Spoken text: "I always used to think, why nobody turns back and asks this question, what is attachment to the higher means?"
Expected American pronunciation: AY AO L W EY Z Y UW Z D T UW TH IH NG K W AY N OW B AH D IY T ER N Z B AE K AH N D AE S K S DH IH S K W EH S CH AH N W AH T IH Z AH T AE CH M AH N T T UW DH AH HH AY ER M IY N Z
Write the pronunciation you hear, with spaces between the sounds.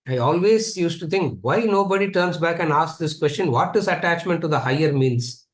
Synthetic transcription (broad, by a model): AY AO L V EY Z Y UW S T UW T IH NG K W AY N OW B AH D IY T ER N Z B AE K AH N D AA S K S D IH S K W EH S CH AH N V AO T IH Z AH T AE CH M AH N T T UW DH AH HH AY ER M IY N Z